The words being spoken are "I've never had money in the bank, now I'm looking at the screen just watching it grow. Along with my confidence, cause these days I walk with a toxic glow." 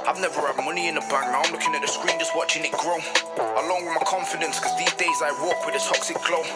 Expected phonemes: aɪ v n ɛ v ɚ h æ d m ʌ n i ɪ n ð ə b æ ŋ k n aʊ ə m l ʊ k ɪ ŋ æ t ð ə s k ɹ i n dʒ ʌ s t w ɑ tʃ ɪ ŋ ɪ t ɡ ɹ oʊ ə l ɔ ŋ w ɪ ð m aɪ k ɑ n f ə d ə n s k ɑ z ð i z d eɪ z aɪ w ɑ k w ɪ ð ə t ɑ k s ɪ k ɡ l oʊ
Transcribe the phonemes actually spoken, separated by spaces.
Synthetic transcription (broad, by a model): aɪ v n ɛ v ɚ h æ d m ʌ n i ɪ n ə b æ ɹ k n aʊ ə m l ʊ k ɪ ŋ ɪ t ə s k ɹ i n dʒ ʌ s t w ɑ tʃ ɪ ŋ ɪ t ɡ ɹ oʊ ə l ɔ ŋ w ɪ ð m aɪ k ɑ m f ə d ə n s k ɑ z ð i z d eɪ z aɪ w ɑ k w ɪ ð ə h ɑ k s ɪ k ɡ l oʊ